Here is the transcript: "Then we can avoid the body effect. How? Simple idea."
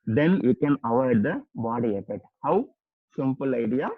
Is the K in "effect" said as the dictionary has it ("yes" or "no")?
no